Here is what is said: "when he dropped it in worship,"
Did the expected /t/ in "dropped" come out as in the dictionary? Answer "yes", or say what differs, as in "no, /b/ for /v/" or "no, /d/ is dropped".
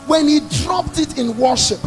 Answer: yes